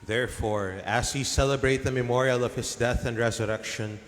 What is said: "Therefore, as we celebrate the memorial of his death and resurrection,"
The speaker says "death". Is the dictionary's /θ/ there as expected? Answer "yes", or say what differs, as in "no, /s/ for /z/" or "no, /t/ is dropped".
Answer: yes